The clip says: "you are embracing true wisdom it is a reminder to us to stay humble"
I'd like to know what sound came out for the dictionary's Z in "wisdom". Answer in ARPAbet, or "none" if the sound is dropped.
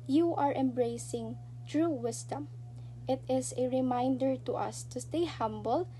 S